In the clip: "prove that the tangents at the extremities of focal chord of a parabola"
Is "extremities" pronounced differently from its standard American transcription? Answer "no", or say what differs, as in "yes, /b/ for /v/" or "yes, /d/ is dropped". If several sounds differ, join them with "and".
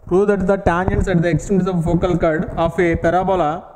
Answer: yes, /ɹ/ is dropped